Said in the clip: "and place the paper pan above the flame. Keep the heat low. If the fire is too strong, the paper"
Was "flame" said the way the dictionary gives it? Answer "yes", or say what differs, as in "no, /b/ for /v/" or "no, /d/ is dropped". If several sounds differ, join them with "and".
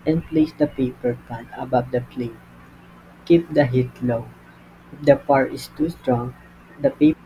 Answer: no, /p/ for /f/